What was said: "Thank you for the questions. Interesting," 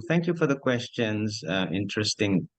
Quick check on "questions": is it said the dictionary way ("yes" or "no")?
yes